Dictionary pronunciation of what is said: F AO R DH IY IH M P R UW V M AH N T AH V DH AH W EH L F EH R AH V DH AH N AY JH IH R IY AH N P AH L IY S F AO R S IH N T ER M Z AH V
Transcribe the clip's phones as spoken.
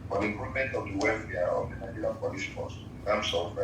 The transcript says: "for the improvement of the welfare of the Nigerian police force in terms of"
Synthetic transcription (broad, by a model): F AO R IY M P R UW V M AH N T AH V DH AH W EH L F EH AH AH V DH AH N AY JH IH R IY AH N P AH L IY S P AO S IH N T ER M S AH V